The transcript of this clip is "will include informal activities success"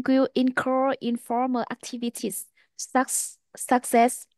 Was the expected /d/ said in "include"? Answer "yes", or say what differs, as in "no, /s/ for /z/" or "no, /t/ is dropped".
no, /d/ is dropped